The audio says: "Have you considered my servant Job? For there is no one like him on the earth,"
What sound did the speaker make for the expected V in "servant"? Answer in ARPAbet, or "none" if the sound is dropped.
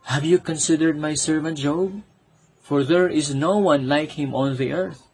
V